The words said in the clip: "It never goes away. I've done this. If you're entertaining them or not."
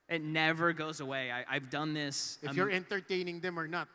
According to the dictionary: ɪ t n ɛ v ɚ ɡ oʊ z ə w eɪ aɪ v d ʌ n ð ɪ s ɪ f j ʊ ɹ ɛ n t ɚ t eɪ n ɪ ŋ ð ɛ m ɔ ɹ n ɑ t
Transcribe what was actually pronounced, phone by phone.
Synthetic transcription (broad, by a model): ɪ t n ɛ v ɚ ɡ oʊ z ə w eɪ aɪ v d ʌ n ð ɪ s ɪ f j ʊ ɹ ɛ n t ɚ t eɪ n ɪ ŋ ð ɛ m ɔ ɹ n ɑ t